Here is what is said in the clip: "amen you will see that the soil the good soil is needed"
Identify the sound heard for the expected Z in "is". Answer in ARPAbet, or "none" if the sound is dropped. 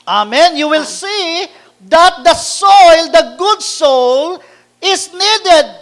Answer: S